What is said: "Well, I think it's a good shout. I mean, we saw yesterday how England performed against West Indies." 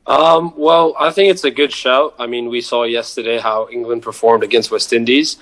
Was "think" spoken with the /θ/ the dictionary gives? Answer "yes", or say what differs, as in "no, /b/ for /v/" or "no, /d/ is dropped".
yes